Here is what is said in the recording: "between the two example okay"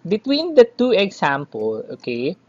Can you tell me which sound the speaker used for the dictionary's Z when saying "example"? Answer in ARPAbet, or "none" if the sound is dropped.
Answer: S